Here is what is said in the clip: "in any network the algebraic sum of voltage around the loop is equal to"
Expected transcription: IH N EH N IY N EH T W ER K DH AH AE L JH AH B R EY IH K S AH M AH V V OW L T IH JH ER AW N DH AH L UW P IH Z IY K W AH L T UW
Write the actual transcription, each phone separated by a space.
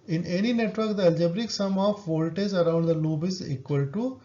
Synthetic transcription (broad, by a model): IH N EH N IY N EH T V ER K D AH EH L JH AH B R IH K S AH M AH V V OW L T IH Z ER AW N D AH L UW B IH Z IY K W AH L T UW